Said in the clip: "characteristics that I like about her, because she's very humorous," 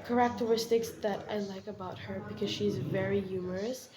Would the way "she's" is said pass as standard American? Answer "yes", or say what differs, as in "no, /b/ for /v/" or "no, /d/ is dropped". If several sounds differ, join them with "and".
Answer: yes